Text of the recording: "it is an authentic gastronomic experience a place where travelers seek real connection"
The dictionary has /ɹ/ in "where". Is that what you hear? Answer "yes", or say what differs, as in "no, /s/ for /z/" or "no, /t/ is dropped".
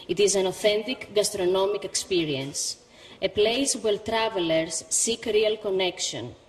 no, /l/ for /ɹ/